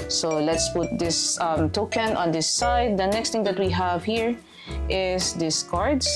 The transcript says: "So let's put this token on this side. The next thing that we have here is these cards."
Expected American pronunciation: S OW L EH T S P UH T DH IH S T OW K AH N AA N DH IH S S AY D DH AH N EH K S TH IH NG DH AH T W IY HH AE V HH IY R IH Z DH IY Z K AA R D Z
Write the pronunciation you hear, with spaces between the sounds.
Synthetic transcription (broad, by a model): S OW L EH T S P UH T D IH S T OW K AH N AA N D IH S S AY D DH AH N EH K S T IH NG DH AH T W IY HH AE V HH IY R IH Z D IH S K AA R D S